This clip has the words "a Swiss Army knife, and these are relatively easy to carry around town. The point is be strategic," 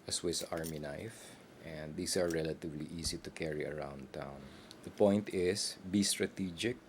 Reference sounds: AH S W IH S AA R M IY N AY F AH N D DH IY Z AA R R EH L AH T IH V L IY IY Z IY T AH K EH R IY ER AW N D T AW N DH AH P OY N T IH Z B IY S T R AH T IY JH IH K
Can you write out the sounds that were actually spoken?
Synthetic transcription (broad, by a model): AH S W IH S AA R M IY N AY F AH N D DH IY S AA R R EH L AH T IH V L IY IY S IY T AH K EH R IY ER AW N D T AW N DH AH P OY N T IH S B IY S T R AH T IY JH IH K